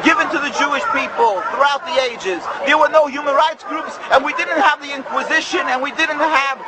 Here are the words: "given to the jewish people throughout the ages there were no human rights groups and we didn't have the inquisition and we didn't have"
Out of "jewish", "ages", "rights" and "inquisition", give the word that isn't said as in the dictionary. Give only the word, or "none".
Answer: none